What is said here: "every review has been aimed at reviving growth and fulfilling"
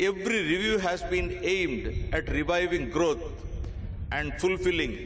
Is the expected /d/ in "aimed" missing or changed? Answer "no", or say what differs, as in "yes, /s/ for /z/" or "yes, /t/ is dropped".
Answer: no